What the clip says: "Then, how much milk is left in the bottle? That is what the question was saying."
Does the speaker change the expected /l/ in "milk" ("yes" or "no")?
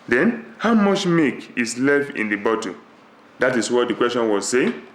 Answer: yes